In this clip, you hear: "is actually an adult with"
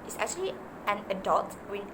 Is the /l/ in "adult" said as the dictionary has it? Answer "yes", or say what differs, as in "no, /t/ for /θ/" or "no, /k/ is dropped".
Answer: no, /l/ is dropped